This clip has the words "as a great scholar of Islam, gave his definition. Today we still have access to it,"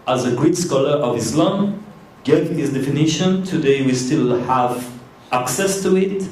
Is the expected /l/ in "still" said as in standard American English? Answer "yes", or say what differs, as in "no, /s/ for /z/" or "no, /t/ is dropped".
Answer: yes